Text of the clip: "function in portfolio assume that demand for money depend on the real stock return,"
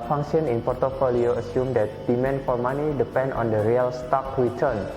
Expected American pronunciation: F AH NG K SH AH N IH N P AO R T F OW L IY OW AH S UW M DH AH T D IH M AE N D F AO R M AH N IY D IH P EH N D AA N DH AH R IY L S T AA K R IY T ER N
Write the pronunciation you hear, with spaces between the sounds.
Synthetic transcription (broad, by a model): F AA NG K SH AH N IH N P AO R T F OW L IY OW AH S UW M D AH T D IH M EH N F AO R M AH N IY D IH P EH N D AA N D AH R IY L S T AA K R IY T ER N